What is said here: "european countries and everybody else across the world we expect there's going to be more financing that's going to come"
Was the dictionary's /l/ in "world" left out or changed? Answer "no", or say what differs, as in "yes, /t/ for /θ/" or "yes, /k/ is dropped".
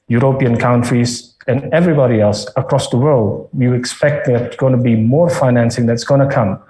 no